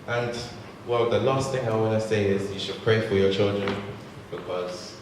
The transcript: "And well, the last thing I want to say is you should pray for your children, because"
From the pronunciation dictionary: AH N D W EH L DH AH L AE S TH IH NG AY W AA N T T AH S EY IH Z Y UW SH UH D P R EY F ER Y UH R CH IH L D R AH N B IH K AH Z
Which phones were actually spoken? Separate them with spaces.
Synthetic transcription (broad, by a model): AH N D W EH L DH AH L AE S TH IH NG AY W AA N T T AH S EY IH Z Y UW SH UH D P R EY F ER Y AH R CH IH L D R AH N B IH K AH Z